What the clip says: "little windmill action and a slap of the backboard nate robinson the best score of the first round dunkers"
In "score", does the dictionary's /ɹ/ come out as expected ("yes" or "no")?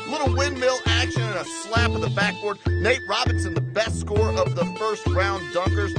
yes